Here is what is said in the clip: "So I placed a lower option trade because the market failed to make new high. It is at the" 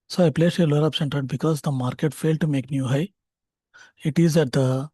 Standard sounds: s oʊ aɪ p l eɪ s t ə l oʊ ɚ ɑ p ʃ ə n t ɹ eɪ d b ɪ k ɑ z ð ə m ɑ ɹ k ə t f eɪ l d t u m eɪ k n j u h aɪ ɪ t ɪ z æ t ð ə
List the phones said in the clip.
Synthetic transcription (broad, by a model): s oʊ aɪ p l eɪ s ə l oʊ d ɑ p s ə n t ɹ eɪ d b ɪ k ɑ z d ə m ɑ ɹ k ə t f eɪ l d t u m eɪ k n j u h aɪ ɪ t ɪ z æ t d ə